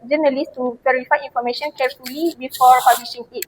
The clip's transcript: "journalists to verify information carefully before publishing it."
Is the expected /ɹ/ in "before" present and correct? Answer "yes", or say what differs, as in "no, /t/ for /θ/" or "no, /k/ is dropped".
yes